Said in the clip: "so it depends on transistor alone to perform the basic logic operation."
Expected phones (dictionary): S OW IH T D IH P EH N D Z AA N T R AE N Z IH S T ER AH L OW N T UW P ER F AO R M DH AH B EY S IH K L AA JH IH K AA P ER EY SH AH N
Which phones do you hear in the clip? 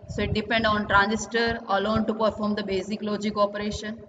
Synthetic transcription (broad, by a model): S OW IH T D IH P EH N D AA N T R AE N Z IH S T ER AH L OW N T UW P ER F AO R M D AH B EY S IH K L AA JH IH K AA P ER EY SH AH N